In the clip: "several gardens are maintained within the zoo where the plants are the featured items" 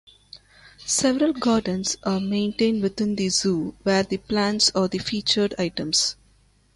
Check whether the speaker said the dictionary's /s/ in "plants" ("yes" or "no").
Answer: yes